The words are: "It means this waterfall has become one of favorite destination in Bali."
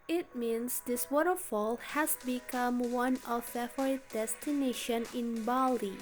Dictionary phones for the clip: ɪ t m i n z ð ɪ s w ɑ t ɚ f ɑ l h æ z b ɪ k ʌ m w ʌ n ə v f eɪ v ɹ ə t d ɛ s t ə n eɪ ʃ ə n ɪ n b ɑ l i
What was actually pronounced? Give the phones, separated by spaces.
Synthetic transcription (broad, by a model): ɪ t m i n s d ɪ s w ɑ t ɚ f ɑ l h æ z b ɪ k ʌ m w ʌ n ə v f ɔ ɹ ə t d ɛ s t ə n eɪ ʃ ə n ɪ n b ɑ l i